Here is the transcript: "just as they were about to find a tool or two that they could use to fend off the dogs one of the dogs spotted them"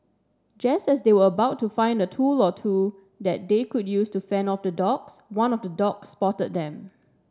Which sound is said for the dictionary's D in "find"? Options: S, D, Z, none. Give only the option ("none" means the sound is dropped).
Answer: D